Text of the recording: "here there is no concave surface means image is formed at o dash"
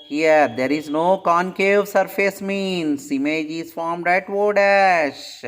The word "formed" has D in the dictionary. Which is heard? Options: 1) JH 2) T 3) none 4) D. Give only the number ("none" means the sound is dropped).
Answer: 4